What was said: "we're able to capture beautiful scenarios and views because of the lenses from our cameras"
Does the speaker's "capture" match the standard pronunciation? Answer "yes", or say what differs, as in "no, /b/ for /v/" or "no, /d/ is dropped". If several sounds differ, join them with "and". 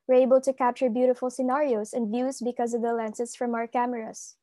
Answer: yes